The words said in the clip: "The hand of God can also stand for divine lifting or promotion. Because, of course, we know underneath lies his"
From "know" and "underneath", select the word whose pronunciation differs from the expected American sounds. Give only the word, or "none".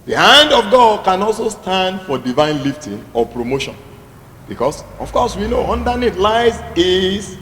underneath